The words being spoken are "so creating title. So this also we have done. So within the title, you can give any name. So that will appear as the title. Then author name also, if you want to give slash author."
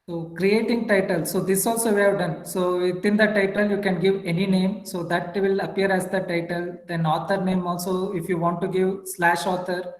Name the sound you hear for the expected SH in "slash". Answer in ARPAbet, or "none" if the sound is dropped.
SH